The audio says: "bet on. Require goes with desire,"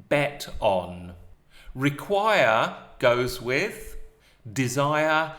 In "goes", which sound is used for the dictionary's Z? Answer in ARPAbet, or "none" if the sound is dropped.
Z